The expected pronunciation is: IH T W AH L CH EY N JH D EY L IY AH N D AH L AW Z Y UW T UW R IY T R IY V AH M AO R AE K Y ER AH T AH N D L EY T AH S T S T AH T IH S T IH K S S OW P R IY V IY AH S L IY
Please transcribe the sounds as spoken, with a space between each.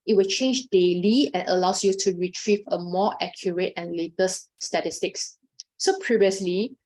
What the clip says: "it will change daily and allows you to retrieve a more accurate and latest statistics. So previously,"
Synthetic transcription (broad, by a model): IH T W AH L CH EY N JH D EY L IY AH N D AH L AW S Y UW T UW R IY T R IY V AH M AO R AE K Y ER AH T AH N L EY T AH S S T AH T IH S T IH K S S OW P R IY V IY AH S L IY